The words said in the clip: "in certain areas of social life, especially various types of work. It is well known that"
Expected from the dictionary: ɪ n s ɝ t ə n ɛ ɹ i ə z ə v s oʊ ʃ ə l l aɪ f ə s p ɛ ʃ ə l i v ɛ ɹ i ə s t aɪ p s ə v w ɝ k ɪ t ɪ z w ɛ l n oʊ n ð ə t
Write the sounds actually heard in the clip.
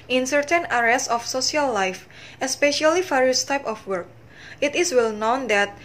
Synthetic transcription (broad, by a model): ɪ n s ɝ t ə n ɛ ɹ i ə s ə f s oʊ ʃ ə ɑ l aɪ f ə s p ɛ ʃ ə l i f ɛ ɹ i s t aɪ p ə f w ɝ k ɪ t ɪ s w ɛ l n oʊ n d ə t